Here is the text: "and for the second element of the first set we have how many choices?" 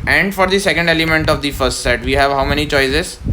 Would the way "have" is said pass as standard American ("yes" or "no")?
yes